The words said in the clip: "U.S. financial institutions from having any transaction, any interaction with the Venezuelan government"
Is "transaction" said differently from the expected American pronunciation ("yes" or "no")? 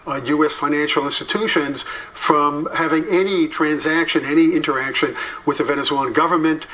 no